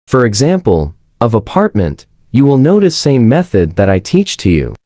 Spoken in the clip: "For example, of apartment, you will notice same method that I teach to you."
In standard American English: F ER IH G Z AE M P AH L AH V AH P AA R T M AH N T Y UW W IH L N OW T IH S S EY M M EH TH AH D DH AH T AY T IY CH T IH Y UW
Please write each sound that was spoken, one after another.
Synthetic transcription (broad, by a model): F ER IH G Z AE M P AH L AH V AH P AA R T M AH N T Y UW W IH L N OW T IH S S EY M M EH TH AH D DH AH T AY T IY CH T IH Y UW